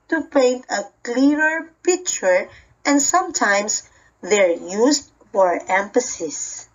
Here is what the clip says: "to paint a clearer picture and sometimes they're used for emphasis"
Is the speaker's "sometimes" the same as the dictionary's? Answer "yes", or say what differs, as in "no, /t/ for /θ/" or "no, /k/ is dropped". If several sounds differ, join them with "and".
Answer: no, /s/ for /z/